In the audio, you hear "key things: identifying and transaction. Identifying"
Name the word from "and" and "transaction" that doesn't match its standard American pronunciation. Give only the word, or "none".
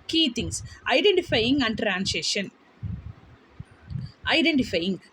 transaction